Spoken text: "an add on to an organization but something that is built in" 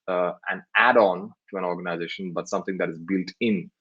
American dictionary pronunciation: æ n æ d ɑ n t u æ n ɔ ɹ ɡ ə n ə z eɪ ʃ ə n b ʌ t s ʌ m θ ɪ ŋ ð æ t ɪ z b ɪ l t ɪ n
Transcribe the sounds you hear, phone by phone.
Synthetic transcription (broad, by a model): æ n æ d ɑ n t u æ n ɔ ɹ ɡ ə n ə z eɪ ʃ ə n b ʌ t s ʌ m t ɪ ŋ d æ t ɪ z b ɪ l t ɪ n